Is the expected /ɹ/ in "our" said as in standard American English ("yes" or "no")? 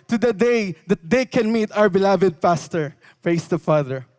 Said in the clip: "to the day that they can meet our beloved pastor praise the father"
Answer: no